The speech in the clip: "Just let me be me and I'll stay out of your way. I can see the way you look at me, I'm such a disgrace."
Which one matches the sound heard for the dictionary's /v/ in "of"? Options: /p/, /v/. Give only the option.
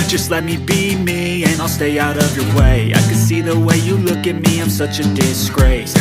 /v/